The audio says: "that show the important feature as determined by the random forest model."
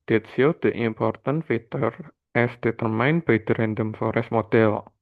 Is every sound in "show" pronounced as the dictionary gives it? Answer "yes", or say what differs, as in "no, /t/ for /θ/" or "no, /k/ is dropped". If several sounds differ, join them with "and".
no, /s/ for /ʃ/